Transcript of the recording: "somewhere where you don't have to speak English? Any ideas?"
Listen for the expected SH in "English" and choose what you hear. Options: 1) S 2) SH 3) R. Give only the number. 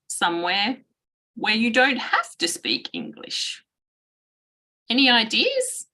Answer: 2